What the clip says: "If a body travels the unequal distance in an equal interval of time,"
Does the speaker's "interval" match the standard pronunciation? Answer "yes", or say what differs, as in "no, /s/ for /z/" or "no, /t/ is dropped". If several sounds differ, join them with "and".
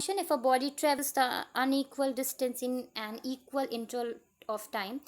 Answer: no, /v/ is dropped